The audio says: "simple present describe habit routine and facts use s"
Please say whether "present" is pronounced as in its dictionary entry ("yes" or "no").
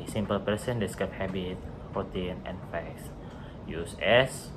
no